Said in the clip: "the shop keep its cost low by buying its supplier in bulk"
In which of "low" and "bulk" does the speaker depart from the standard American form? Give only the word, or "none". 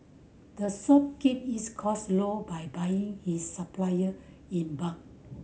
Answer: bulk